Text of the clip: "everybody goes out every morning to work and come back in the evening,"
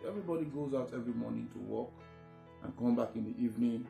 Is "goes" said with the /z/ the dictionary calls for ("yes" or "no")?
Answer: yes